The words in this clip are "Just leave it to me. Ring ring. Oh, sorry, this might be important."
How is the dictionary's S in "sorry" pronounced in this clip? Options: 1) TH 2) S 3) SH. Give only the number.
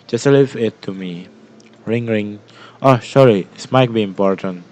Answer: 3